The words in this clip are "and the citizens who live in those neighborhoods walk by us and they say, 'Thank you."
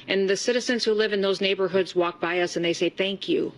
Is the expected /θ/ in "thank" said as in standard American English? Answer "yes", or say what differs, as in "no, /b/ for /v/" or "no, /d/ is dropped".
yes